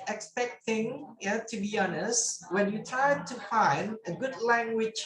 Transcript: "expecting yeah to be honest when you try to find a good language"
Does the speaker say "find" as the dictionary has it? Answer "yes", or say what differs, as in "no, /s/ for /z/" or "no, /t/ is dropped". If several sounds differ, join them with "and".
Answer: yes